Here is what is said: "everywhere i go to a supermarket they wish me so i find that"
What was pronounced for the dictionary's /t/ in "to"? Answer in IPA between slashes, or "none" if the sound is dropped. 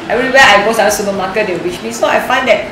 /s/